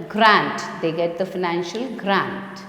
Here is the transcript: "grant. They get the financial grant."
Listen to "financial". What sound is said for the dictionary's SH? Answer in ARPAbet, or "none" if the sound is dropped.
SH